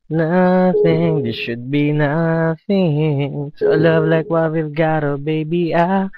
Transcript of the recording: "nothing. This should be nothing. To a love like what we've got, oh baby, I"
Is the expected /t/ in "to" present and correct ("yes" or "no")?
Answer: no